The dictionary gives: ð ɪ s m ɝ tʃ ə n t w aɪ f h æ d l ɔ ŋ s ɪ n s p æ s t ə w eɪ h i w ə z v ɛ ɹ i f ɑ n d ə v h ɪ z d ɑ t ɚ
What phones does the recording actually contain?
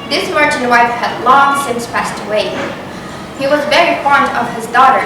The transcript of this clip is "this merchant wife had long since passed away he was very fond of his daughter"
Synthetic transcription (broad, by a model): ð ɪ s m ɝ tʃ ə n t w aɪ f h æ d l ɔ ŋ s ɪ n s p æ s t ə w eɪ h i w ə z v ɛ ɹ i f ɑ n d ə v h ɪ z d ɑ t ɚ